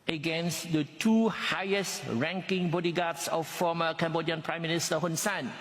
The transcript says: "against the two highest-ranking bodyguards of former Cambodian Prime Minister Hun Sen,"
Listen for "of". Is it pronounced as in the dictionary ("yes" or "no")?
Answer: no